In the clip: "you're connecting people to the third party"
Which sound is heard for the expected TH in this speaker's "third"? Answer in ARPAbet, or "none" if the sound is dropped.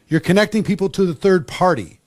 TH